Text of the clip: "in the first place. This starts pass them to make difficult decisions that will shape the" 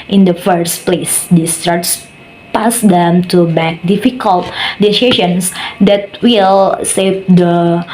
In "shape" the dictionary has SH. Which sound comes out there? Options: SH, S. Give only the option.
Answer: S